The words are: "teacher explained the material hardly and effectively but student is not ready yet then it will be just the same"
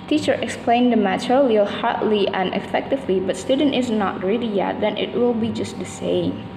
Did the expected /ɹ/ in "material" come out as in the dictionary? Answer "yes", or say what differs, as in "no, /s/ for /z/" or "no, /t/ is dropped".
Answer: no, /l/ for /ɹ/